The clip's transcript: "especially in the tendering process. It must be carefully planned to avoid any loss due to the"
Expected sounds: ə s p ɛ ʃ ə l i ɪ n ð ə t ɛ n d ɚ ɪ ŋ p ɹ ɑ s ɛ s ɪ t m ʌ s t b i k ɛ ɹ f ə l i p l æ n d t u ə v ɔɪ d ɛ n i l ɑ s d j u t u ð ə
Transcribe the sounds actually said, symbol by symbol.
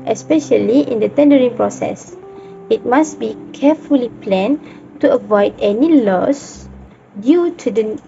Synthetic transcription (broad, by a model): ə s p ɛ ʃ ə l i ɪ n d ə t ɛ n d ɚ ɪ ŋ p ɹ ɑ s ɛ s ɪ t m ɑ s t b i k ɛ f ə l i p l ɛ n t u ə v ɔɪ d ɛ n i l ɑ s d j u t u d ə